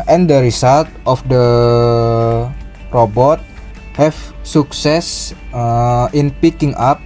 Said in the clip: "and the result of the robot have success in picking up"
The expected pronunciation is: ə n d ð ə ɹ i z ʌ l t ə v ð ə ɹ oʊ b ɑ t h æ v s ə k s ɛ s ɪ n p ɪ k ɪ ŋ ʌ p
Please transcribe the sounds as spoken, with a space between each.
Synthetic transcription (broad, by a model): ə n d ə ɹ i s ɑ l t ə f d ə ɹ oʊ b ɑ t h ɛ f s ə k s ɛ s ɪ n p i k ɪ ŋ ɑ p